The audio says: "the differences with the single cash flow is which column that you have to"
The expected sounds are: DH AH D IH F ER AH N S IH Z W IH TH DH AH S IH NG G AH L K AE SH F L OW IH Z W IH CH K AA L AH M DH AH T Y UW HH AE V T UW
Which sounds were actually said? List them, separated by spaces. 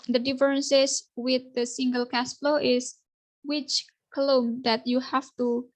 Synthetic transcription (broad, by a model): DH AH D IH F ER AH N S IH S W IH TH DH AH S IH NG G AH L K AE S F L OW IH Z W IH CH K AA L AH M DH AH T Y UW HH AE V T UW